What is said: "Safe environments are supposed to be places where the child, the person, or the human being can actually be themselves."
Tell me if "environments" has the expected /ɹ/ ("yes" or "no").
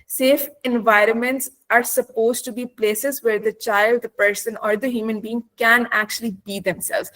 yes